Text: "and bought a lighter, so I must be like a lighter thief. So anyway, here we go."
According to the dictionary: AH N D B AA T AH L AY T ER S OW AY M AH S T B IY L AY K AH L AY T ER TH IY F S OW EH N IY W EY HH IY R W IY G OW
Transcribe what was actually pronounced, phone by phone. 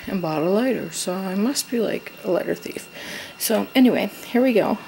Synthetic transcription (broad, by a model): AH N B AA T AH L AY T ER S OW AY M AH S T B IY L AY K AH L AY T ER TH IY F S OW EH N IY W EY HH IY R W IY G OW